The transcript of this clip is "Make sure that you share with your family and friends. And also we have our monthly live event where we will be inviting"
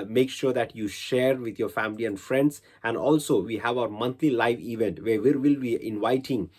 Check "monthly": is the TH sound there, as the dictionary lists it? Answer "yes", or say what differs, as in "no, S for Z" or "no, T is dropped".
no, T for TH